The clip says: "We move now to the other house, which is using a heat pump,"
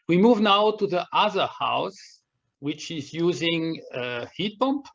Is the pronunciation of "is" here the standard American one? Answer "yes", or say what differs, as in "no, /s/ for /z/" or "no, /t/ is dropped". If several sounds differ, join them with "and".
yes